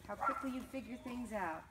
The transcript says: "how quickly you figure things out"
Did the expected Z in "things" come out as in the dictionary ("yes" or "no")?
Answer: yes